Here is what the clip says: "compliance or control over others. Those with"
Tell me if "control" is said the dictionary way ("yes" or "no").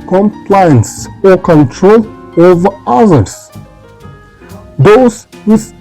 yes